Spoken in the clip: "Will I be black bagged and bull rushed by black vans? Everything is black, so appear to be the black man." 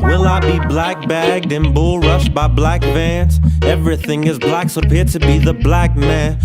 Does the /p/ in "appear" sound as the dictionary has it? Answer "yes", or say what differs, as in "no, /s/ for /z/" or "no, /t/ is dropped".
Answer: yes